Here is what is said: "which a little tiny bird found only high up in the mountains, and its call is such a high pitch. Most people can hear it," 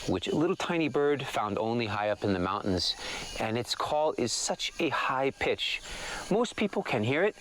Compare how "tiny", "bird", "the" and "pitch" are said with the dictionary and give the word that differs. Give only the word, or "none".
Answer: none